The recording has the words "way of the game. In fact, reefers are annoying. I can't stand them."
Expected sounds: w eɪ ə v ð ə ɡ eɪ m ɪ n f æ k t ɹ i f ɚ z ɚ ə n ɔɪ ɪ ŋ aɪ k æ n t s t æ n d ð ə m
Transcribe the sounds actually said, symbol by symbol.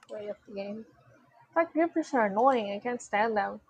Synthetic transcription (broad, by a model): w eɪ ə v ð ə ɡ eɪ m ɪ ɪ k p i p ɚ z ɚ ə n ɔɪ ɪ ŋ aɪ k æ n t s t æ n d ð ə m